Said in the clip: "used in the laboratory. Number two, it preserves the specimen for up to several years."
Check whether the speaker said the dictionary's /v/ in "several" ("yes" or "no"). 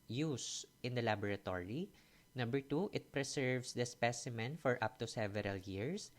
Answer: yes